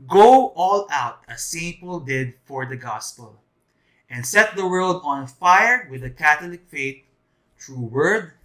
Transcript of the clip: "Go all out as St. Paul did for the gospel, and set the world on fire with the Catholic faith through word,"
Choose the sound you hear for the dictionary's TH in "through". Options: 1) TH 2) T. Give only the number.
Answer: 2